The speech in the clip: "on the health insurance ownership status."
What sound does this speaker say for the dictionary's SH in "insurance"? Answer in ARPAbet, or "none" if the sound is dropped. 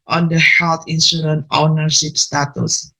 S